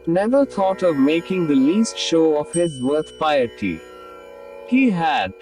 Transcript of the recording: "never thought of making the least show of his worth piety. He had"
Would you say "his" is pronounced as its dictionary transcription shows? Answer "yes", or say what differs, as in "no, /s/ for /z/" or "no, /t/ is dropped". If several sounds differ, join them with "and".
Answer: yes